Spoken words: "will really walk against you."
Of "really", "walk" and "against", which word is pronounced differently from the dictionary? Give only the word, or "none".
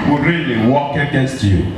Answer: none